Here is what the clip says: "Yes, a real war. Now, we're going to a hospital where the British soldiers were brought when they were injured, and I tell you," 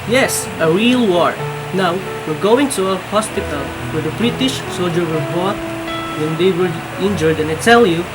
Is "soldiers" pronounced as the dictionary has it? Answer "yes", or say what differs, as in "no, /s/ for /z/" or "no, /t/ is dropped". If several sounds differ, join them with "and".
no, /z/ is dropped